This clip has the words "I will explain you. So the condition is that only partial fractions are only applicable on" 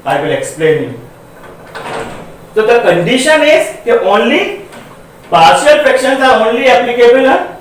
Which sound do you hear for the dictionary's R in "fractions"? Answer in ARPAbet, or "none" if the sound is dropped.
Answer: none